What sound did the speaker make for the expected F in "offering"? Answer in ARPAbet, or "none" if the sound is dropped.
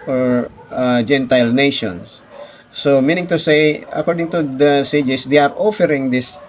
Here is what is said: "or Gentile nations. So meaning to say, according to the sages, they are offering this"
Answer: F